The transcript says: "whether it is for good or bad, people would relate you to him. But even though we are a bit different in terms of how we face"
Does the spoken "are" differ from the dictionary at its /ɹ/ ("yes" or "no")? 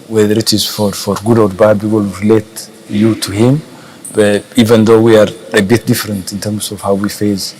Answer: no